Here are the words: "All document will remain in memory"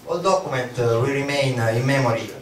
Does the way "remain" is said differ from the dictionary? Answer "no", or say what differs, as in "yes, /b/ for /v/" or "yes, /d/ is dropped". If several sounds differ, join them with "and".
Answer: no